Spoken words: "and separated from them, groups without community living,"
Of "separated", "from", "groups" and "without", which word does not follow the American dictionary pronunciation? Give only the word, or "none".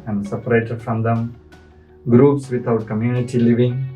without